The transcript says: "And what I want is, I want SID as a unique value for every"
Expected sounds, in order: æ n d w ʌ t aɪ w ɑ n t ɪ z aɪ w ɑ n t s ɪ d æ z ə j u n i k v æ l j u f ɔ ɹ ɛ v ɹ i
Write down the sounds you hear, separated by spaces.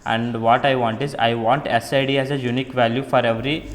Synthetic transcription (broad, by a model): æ n d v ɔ t aɪ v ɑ n t ɪ z aɪ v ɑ n t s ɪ d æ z ə j u n i k v æ l j u f ɔ ɹ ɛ v ɹ i